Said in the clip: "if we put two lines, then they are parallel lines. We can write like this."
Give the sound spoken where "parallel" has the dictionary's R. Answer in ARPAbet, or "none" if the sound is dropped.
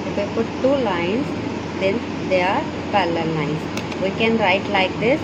L